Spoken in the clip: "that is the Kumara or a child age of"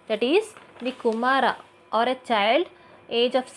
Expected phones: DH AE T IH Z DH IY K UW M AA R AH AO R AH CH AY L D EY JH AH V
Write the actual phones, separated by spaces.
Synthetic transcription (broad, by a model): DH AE T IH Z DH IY K UW M AA R AH AO R AH CH AY L D EY JH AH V